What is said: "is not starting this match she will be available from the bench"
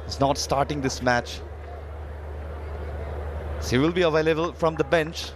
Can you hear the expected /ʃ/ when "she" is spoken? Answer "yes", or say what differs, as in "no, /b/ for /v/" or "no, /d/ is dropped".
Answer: no, /s/ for /ʃ/